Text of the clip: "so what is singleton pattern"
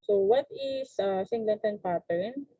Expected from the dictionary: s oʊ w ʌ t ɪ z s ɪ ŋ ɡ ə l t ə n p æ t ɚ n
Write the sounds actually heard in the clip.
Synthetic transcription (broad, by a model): s oʊ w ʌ t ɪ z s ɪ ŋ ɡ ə n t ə n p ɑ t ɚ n